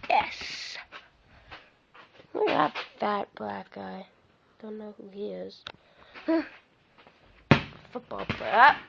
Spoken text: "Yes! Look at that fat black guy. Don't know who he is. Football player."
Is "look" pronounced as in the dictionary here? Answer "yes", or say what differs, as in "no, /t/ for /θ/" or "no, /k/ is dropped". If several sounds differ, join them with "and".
no, /w/ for /l/